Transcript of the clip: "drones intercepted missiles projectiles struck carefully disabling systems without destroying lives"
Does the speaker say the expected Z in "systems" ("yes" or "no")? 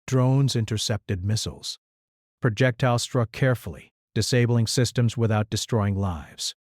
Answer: yes